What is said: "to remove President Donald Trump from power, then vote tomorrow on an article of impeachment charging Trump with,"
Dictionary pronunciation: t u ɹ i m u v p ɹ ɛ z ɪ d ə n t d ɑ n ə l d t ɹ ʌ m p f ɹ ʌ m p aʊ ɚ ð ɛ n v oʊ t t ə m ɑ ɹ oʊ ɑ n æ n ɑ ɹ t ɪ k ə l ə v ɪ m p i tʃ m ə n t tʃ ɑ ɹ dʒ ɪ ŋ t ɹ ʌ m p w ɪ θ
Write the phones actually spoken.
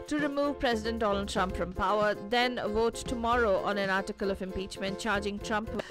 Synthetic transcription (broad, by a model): t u ɹ i m u v p ɹ ɛ z ɪ d ə n t d ɑ n ə l d t ɹ ʌ m p f ɹ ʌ m p aʊ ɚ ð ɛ n v oʊ t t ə m ɑ ɹ oʊ ɑ n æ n ɑ ɹ t ɪ k ə l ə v ɪ m p i tʃ m ə n t tʃ ɑ ɹ dʒ ɪ ŋ t ɹ ʌ m p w